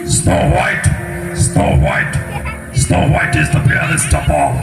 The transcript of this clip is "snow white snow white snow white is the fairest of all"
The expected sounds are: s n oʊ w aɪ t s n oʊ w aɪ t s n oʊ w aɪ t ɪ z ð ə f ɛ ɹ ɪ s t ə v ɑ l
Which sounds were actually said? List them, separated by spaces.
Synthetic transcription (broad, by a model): s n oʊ w aɪ t s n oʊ w aɪ t s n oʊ w aɪ t ɪ z ð ə p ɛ l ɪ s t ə p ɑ